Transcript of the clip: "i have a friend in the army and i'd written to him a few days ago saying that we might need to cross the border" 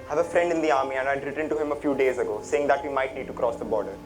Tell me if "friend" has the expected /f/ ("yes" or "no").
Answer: yes